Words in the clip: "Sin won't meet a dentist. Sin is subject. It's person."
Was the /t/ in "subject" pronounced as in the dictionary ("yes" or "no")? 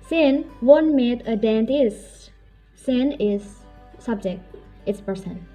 yes